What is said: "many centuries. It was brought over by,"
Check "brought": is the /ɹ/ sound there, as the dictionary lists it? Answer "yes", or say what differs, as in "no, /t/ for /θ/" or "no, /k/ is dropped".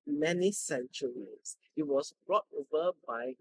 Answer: yes